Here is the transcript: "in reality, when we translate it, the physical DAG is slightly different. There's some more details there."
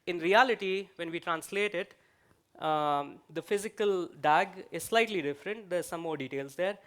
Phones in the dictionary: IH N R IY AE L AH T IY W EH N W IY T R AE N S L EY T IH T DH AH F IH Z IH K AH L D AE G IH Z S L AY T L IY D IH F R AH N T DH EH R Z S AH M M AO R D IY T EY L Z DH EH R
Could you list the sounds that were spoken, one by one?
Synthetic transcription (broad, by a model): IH N R IY AE L AH T IY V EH N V IY T R AE N S L EY T IH T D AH F IH Z IH K AH L D AE G IH Z S L AY T L IY D IH F R AH N T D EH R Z S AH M M AO R D IY T EY L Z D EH R